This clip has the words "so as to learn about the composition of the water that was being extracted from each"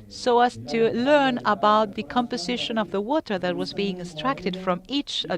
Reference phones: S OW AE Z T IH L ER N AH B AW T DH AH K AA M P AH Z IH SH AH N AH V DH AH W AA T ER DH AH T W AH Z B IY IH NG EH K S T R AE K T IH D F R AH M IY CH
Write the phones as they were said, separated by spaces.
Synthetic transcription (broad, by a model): S OW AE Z T IH L ER N AH B AW T DH AH K AA M P AH Z IH SH AH N AH V DH AH W AA T ER DH AH T W AH Z B IY IH NG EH S T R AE K T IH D F R AH M IY CH